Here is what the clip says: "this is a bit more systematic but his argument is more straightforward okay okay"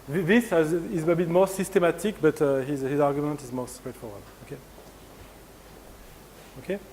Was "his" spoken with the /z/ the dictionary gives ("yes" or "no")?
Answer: yes